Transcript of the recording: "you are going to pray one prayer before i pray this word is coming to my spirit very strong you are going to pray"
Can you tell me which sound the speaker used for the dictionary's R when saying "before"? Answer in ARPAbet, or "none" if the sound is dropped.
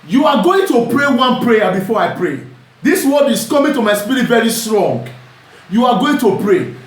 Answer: R